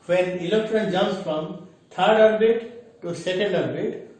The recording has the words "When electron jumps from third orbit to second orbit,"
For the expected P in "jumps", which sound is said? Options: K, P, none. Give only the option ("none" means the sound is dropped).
none